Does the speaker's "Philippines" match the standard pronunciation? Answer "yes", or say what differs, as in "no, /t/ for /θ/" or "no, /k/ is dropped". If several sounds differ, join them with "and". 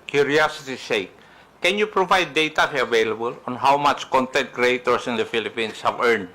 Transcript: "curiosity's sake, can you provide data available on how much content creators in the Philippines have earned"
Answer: no, /s/ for /z/